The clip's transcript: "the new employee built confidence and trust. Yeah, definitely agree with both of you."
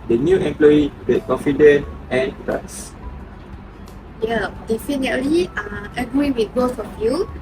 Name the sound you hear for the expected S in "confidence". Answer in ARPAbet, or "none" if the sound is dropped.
none